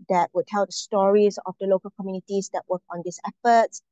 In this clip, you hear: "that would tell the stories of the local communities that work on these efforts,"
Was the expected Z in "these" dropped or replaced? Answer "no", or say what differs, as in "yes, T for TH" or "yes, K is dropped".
yes, S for Z